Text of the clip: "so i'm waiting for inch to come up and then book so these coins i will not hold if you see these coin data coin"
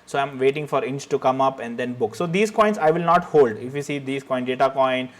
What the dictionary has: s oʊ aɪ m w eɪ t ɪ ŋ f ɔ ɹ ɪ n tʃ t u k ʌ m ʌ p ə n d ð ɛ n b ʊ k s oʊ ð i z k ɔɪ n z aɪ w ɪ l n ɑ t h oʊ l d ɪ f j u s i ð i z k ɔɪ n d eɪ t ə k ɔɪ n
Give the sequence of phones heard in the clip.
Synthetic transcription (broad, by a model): s oʊ aɪ m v eɪ t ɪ ŋ f ɔ ɹ ɪ n tʃ t u k ʌ m ʌ p ə n d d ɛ n b ʊ k s oʊ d i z k ɔɪ n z aɪ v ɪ l n ɑ t h oʊ l d ɪ f j u s i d i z k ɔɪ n d eɪ t ə k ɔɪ n